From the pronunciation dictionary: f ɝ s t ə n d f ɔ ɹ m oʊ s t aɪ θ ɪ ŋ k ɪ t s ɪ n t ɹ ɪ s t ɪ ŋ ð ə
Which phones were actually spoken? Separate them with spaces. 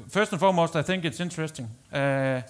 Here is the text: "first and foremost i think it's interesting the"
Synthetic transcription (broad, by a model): f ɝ s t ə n f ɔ m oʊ s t aɪ θ ɪ ŋ k ɪ t s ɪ n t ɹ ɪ s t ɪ ŋ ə